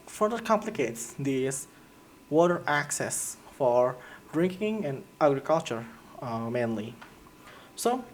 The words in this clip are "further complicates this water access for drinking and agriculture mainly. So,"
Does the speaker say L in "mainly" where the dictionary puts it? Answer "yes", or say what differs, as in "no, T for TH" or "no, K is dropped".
yes